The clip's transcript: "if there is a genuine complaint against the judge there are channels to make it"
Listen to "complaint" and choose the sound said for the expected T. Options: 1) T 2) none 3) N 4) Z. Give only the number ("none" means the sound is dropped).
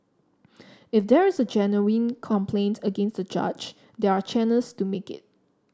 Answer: 1